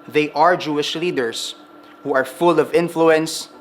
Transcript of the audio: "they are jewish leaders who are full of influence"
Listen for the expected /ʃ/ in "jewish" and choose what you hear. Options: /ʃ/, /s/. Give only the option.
/ʃ/